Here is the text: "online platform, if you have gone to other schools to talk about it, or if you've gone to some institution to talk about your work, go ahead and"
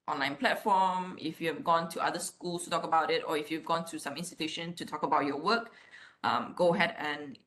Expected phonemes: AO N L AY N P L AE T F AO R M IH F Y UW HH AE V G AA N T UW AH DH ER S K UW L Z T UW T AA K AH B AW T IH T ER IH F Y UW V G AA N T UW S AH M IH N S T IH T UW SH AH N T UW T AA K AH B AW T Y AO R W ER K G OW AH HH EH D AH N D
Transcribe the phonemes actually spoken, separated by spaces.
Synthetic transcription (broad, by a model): AO N L AY N P L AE T F AO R M IH F Y UW HH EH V G AA N T UW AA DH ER S K UW L S T UW T AA K AH B AW T IH T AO IH F Y UW V G AA N T UW S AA M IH N S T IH T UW SH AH N T UW T AA K AH B AW T Y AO W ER K G OW AH HH EH D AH N